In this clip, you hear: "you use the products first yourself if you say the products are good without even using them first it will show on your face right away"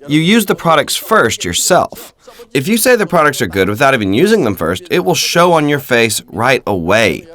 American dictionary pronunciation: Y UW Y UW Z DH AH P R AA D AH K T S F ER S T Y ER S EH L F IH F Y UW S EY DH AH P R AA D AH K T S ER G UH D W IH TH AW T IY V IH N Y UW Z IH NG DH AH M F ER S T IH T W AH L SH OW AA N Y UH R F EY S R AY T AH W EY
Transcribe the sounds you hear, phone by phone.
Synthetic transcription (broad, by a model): Y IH Y UW Z DH AH P R AA D AH K T S F ER S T Y ER S EH L F IH F Y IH S EY DH AH P R AA D AH K T S ER G UH D W IH TH AW T IY V IH N Y UW Z IH NG DH AH M F ER S T IH T W AH L SH OW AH N Y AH R F EY S R AY T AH W EY